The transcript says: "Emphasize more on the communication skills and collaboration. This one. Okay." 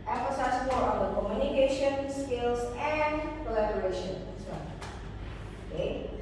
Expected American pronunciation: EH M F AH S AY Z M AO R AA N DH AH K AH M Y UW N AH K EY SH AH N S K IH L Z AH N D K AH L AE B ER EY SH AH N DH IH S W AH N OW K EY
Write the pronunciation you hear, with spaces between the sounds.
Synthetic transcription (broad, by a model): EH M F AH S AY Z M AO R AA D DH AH K AH M Y UW N AH K EY SH AH N S K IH L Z AH N D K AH L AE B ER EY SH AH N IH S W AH OW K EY